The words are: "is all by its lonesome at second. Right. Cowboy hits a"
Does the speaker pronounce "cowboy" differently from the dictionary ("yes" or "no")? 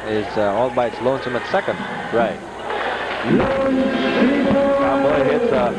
yes